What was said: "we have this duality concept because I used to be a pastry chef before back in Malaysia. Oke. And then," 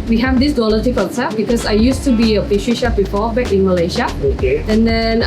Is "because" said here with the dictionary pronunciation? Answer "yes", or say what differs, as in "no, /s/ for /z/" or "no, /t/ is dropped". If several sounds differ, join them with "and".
no, /s/ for /z/